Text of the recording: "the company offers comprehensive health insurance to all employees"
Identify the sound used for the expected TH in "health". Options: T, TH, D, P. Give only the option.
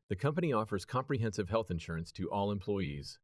TH